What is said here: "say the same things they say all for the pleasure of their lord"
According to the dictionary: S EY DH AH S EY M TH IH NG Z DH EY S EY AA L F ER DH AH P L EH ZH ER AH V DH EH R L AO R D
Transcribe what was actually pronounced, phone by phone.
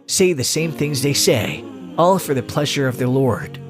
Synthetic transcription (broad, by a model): S EY DH AH S EY M TH IH NG Z DH EY S EY AA L F ER DH AH P L EH ZH ER AH V DH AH R L AO R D